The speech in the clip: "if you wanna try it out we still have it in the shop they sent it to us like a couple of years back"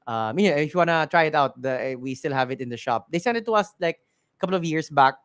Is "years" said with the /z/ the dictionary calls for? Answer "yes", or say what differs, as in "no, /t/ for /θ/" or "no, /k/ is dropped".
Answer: no, /s/ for /z/